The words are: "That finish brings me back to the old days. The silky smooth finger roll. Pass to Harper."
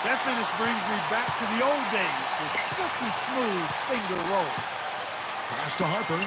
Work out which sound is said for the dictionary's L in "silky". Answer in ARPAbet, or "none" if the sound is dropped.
none